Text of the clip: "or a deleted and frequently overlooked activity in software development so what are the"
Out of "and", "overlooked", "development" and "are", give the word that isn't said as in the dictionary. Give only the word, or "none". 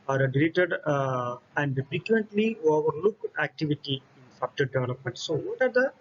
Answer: overlooked